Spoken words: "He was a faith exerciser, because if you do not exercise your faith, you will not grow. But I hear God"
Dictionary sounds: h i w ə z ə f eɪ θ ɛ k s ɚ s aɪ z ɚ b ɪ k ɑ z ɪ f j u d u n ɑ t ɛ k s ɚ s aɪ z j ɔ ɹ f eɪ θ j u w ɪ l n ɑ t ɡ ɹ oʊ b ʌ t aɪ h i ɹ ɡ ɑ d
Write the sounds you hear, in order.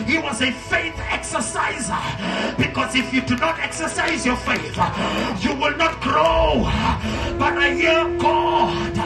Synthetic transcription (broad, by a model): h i w ə z ə f eɪ θ ɛ k s ɚ s aɪ z ɚ b ɪ k ɑ z ɪ f j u d u n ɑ t ɛ k s ɚ s aɪ z j ɔ ɹ f eɪ θ j u w ɪ l n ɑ t ɡ ɹ oʊ b ʌ t aɪ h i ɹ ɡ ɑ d